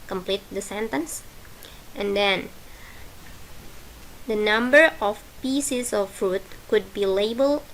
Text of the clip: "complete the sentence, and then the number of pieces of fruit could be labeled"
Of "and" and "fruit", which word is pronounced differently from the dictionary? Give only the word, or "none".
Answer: none